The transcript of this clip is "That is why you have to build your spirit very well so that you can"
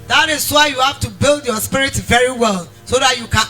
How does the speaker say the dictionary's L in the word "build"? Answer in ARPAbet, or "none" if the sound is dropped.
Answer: L